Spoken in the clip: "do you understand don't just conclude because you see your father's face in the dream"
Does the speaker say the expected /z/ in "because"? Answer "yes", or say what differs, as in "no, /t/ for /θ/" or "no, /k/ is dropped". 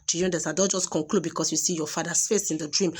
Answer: no, /s/ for /z/